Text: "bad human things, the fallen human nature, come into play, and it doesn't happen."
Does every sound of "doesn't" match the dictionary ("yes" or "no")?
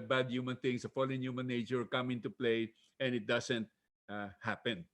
no